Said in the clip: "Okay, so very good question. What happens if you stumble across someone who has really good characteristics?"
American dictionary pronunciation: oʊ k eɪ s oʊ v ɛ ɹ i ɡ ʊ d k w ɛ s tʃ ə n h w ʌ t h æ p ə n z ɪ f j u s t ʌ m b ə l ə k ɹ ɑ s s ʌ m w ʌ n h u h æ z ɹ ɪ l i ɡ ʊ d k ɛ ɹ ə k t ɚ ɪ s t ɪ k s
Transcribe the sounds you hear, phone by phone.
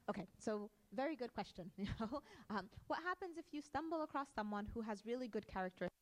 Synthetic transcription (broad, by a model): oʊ k eɪ s oʊ v ɛ ɹ i ɡ ʊ d k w ɛ s tʃ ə n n w ʌ t h æ p ə n z ɪ f j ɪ s t ʌ m b l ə k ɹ ɑ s s ʌ m w ʌ n h u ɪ z ɹ ɪ l i ɡ ʊ d k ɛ ɹ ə k t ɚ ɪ ɪ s